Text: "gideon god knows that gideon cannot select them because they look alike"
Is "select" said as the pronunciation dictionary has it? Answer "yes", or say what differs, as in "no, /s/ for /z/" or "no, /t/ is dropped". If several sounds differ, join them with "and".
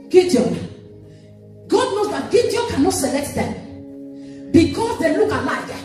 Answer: yes